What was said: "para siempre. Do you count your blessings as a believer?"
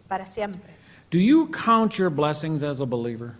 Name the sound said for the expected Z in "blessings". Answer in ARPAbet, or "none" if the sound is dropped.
Z